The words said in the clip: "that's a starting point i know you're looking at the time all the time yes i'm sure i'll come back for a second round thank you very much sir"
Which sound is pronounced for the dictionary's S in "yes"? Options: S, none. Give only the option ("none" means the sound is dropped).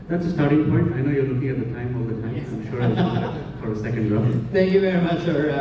none